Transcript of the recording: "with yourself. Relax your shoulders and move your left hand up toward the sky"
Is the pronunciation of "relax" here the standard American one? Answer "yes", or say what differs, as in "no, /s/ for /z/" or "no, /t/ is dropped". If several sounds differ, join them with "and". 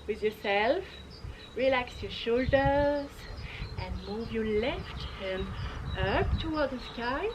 yes